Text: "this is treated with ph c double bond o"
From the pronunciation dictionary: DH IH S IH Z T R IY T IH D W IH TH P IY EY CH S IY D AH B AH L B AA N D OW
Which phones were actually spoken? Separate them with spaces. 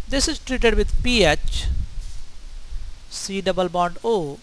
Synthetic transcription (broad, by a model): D IH S IH Z T R IY T IH D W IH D P IY EY CH S IY D AH B AH L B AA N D OW